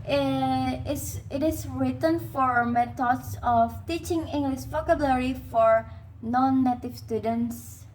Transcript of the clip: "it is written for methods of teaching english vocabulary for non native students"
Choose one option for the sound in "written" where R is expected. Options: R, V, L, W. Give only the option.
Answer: R